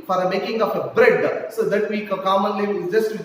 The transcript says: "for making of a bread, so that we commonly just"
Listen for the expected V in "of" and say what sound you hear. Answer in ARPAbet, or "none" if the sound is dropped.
P